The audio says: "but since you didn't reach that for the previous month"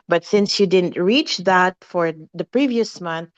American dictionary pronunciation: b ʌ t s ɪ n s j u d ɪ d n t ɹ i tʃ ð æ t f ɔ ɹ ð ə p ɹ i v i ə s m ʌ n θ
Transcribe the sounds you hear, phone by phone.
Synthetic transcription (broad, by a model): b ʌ t s ɪ n s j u d ɪ d n t ɹ i tʃ ð æ t f ɔ ɹ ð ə p ɹ i v i ə s m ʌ n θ